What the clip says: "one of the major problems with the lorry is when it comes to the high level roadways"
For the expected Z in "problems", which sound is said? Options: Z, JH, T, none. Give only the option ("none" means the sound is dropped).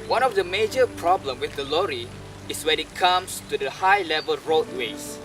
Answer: none